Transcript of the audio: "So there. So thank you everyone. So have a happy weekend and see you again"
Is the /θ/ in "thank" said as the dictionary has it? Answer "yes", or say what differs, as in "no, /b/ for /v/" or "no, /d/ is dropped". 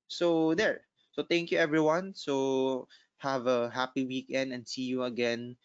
no, /t/ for /θ/